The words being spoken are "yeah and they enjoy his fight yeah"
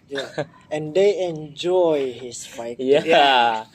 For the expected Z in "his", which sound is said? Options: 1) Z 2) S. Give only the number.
2